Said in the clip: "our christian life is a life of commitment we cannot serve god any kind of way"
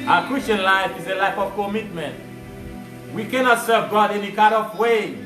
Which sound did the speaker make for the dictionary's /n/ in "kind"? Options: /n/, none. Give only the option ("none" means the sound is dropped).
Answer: none